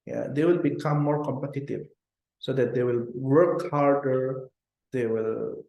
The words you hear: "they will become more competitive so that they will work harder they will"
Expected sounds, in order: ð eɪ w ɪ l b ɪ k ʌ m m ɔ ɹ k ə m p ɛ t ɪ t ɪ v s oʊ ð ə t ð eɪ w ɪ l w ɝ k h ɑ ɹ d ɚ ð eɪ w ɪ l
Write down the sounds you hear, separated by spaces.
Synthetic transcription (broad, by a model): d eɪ w ɪ l b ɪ k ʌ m m ɔ ɹ k ə m p ɛ t ɪ t ɪ v s oʊ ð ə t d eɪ w ɪ l w ɝ k h ɑ ɹ d ɚ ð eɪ w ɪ l